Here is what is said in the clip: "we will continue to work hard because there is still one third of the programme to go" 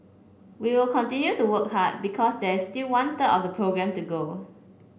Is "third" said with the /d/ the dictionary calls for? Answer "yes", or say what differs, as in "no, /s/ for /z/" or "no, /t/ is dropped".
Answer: no, /d/ is dropped